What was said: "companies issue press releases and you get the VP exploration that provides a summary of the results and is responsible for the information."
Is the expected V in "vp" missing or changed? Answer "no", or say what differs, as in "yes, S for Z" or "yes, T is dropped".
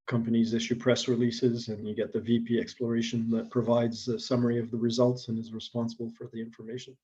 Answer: no